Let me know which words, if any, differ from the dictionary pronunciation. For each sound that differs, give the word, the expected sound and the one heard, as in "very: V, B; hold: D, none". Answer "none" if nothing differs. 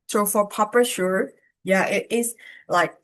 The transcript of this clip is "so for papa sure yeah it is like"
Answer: is: Z, S